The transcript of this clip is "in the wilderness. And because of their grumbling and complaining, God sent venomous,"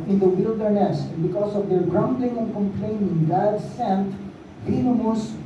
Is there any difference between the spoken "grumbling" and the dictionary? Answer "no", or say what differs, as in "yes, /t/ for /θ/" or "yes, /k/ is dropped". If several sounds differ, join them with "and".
no